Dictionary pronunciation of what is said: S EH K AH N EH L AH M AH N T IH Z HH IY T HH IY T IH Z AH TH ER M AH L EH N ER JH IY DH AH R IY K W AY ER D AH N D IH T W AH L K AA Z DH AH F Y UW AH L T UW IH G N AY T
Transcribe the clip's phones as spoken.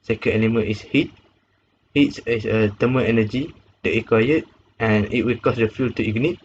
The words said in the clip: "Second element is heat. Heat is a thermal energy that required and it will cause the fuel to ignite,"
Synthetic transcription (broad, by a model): S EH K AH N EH N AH M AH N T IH S HH IY T HH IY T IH S AH T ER M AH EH N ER JH IY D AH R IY K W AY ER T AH N IH T W AH L K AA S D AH F Y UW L T UW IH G N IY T